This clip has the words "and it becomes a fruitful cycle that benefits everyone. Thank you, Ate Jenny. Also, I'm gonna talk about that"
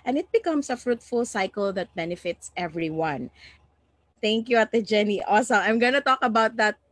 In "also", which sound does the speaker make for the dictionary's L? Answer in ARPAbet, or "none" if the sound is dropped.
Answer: none